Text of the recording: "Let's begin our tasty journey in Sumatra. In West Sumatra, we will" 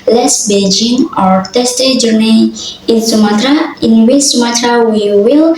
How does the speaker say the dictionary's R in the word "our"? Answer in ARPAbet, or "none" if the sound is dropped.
R